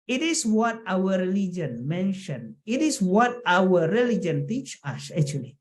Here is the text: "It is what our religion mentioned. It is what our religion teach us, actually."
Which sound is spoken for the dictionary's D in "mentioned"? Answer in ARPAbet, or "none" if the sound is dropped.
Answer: none